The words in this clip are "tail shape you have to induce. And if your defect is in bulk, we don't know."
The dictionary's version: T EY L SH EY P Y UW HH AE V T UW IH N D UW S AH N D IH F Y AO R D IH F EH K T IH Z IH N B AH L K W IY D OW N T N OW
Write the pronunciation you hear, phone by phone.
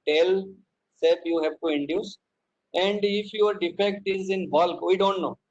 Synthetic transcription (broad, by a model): T EY L S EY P Y UW HH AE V T UW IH N D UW S AH N D IH F Y AO R D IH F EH K T IH Z IH N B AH L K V IY D OW N T N OW